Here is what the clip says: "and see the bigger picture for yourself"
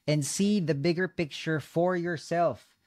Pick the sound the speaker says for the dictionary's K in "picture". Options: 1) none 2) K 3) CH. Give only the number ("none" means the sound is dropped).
2